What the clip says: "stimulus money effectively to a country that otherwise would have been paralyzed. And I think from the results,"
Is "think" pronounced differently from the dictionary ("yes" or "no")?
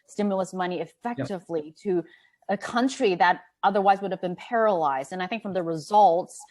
no